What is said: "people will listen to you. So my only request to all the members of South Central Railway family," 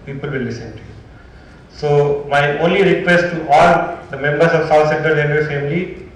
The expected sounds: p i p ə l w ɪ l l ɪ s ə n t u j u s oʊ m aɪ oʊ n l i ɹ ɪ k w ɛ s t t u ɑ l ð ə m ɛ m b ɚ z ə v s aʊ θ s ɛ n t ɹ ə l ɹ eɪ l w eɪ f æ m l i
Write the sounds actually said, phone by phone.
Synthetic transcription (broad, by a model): p i p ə l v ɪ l l ɪ s ə n t u j u s oʊ m aɪ oʊ n l i ɹ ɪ k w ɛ s t t u ɑ l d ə m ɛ m b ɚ s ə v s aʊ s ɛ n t ə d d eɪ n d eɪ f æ m l i